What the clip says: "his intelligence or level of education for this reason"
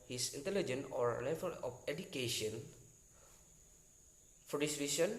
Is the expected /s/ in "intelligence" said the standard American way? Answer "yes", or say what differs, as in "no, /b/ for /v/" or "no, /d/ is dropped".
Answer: no, /s/ is dropped